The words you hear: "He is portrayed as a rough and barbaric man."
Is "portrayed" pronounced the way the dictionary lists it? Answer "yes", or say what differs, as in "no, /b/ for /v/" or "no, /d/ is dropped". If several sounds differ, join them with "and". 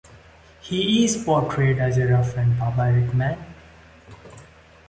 yes